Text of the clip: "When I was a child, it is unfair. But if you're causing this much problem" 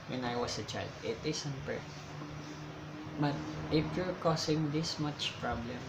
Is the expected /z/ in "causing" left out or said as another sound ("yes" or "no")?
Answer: yes